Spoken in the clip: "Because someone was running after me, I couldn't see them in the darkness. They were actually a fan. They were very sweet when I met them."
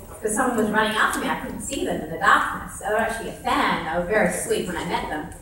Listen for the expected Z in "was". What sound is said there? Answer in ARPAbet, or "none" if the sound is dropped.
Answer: Z